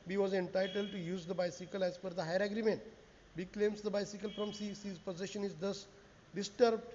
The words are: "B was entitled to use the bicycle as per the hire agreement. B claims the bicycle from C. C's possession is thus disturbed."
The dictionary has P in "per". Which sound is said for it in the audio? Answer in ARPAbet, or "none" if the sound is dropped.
F